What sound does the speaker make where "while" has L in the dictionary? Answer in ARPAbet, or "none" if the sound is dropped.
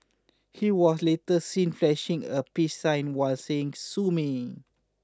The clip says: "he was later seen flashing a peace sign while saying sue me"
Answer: L